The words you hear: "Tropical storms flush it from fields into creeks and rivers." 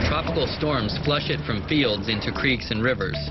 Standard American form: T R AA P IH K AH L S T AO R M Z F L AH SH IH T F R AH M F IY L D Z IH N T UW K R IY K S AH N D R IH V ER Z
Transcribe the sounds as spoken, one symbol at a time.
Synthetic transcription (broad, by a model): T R AA P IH K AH L S T AO R M Z F L AH SH IH T F R AH M F IY L D Z IH N T UW K R IY K S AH N R IH V ER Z